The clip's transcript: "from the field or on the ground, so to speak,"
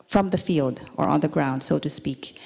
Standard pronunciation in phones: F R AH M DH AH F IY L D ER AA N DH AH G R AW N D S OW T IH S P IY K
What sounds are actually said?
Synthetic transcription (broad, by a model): F R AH M DH AH F IY L D ER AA N DH AH G R AW N D S OW T IH S P IY K